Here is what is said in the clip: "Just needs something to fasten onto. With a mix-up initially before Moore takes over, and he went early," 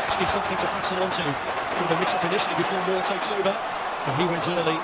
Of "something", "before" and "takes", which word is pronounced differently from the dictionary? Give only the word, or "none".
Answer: none